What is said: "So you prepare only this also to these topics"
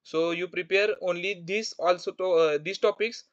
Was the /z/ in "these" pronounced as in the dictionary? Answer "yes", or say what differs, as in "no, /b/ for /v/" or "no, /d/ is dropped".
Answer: no, /s/ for /z/